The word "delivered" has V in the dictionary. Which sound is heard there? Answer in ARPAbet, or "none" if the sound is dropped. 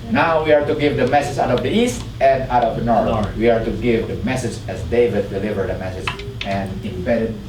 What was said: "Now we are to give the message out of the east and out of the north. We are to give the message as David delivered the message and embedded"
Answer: V